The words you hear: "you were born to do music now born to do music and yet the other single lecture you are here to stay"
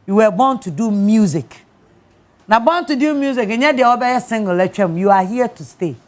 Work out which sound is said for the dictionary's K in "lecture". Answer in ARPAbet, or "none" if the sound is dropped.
none